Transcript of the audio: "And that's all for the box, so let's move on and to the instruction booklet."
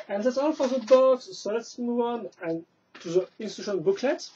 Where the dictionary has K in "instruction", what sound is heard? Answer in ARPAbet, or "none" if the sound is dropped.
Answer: none